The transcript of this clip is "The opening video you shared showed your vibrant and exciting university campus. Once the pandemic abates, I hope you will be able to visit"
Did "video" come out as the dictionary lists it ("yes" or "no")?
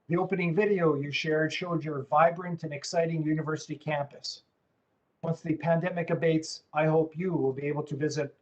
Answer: yes